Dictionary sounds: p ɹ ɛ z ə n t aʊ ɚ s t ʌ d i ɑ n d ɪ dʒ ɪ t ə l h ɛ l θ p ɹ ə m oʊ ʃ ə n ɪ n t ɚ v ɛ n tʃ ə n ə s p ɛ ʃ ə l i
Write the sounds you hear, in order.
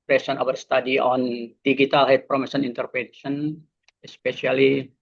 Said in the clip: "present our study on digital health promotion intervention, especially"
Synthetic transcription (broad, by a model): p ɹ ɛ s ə n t aʊ ɚ s t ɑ d i ɑ n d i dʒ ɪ t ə l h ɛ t p ɹ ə m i s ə n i n t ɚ p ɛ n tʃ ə n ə s p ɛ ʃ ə l i